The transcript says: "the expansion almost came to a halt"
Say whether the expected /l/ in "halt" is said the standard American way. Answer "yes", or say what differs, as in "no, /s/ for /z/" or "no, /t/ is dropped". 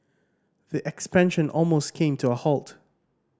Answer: yes